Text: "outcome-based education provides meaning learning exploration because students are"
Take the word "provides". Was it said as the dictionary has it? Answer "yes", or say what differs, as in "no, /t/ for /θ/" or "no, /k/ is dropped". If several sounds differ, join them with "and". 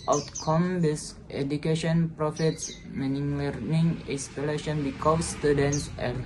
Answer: no, /f/ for /v/